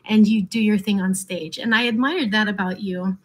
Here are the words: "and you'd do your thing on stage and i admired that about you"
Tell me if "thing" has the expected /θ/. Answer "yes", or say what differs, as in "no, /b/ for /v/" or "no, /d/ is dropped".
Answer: yes